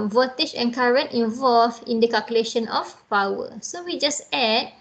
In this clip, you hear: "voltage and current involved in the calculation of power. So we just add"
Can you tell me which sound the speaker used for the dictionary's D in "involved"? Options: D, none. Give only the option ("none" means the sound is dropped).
none